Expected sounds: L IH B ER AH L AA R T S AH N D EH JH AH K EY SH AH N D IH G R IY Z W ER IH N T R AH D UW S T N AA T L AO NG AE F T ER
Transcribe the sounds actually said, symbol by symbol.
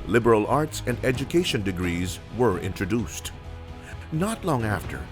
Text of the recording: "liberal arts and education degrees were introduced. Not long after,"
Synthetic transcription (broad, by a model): L IH B ER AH L AA R T S AH N D EH JH AH K EY SH AH N D IH G R IY Z W ER IH N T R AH D UW S T N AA T L AO NG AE F T ER